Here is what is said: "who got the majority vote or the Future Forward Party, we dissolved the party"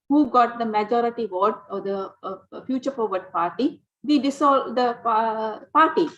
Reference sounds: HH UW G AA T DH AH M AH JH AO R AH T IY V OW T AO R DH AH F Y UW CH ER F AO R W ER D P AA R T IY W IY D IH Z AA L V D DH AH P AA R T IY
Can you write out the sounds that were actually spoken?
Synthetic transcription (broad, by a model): HH UW G AA T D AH M AH JH AO R AH T IY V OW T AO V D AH F Y UW CH ER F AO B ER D P AA R T IY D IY D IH S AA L D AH P AA R T IY